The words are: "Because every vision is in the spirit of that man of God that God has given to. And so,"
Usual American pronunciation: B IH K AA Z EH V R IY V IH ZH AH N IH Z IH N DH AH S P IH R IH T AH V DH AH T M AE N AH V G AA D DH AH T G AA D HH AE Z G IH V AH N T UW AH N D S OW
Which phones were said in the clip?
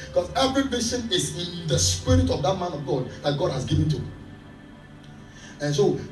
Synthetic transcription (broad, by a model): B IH K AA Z EH V R IY B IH S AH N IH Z IH N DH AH S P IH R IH T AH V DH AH T M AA N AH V G AA D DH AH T G AA D HH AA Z G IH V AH N T UW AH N S OW